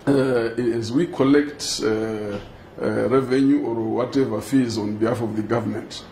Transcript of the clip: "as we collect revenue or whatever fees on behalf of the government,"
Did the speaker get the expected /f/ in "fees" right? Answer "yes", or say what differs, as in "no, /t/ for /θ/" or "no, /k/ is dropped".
yes